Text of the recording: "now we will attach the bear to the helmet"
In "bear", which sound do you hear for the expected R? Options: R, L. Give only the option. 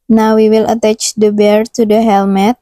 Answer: R